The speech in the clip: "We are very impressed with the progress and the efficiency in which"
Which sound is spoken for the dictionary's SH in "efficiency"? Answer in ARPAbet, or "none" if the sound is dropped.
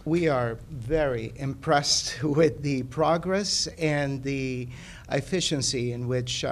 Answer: SH